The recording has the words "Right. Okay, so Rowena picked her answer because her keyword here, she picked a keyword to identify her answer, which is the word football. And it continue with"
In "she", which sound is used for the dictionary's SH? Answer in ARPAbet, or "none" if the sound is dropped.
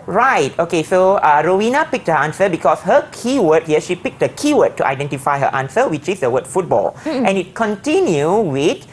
SH